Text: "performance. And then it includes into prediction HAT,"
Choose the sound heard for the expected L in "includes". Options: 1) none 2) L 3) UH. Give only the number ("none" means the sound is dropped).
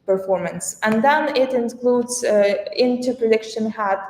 2